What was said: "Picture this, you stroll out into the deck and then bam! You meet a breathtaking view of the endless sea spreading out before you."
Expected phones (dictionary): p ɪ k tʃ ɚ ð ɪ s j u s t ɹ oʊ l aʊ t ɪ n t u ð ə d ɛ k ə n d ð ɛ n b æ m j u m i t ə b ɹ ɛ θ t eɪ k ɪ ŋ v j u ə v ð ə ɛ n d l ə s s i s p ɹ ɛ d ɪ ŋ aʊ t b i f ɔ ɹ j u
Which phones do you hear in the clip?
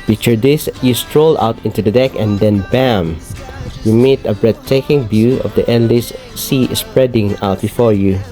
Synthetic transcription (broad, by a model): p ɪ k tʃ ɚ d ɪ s j u s t ɹ oʊ l aʊ t ɪ n t u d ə d ɛ k ə n d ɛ n b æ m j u m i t ə b ɹ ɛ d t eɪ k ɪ ŋ b j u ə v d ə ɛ n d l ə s s i s p ɹ ɛ d ɪ ŋ aʊ t b i f ɔ ɹ j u